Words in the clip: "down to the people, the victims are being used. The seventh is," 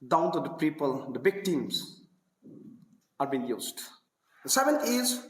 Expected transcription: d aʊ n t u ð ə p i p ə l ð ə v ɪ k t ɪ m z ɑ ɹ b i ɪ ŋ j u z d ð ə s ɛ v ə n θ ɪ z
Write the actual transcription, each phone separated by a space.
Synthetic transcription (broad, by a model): d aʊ n t u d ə p i p ə l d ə b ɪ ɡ t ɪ m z ɑ ɹ b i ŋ j u z d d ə s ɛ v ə n t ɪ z